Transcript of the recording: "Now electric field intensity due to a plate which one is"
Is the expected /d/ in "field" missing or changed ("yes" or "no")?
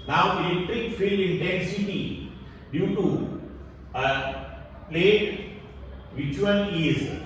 yes